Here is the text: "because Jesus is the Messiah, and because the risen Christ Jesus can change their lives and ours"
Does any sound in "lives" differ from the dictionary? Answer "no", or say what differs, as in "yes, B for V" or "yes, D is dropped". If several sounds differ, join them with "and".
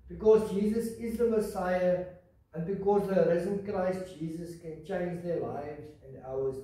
no